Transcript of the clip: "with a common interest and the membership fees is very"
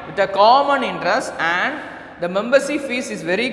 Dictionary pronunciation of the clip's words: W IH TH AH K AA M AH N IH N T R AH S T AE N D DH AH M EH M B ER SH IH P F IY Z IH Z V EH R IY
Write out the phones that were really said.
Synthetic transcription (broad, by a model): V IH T AH K AA M AH N IH N T R AH S T AE N D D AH M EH M B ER S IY F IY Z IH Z V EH R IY